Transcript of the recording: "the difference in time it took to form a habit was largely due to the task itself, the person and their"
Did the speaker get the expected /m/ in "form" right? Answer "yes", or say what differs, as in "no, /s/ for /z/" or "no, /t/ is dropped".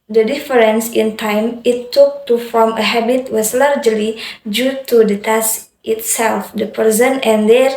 yes